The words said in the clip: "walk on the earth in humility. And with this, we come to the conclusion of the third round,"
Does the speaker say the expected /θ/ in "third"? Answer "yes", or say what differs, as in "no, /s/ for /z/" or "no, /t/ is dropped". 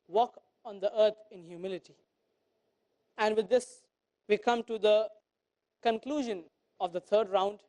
no, /t/ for /θ/